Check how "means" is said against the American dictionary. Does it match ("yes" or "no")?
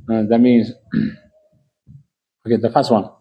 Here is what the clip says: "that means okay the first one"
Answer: yes